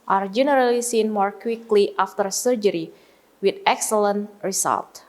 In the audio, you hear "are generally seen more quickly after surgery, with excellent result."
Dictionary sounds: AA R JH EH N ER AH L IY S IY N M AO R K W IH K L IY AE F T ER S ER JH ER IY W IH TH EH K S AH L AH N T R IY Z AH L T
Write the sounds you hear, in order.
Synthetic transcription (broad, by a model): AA R JH EH N ER AH L IY S IY N M AO R K W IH K L IY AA F T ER S ER JH ER IY W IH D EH K S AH L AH N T R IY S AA L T